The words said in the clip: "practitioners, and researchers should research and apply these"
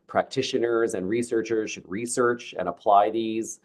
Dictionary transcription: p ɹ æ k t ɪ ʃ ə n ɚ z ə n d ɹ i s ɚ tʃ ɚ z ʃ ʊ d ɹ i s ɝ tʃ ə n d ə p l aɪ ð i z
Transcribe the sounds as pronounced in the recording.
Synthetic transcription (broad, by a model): p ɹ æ k t ɪ ʃ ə n ɚ z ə n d ɹ i s ɚ tʃ ɚ z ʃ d ɹ i s ɝ tʃ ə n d ə p l aɪ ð i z